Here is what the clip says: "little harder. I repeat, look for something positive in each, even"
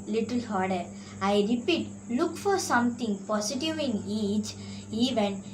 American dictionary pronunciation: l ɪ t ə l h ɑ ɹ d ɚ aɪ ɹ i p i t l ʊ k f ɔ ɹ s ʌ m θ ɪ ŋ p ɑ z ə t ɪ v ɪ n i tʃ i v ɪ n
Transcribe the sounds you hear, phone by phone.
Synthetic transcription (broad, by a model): l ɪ t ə l h ɑ ɹ d ɚ aɪ ɹ i p i t l ʊ k f ɔ ɹ s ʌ m t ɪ ŋ p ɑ s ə t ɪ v ɪ n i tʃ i v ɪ n